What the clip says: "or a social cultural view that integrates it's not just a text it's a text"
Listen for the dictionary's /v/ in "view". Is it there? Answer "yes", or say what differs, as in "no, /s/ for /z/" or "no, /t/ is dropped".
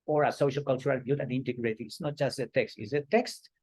no, /b/ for /v/